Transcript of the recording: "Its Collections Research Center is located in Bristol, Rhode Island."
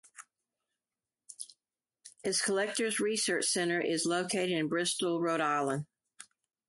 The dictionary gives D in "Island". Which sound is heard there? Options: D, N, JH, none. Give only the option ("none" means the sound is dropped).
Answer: none